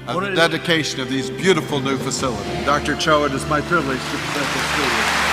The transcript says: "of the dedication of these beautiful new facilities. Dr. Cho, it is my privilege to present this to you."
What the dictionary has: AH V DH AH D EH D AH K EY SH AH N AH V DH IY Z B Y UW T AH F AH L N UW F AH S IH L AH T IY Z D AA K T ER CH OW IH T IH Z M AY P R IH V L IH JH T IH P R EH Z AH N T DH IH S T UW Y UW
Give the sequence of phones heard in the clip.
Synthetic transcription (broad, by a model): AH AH D EH D AH K EY SH AH N AH V DH IY Z B Y UW T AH F L N UW F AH S IH L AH T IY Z D AA K T ER CH OW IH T IH Z M AY P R IH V L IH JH S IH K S EH S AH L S T UW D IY